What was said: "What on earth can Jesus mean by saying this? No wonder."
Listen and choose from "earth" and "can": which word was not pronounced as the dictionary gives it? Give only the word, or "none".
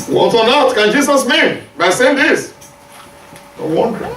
earth